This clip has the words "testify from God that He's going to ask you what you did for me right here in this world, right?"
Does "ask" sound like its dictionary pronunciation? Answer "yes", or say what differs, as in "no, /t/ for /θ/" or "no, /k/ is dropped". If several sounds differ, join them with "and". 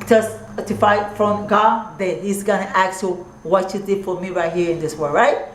no, /s/ is dropped